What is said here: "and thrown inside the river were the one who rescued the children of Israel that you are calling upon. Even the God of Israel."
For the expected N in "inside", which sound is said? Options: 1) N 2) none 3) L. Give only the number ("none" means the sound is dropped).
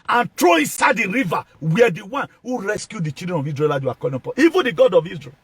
1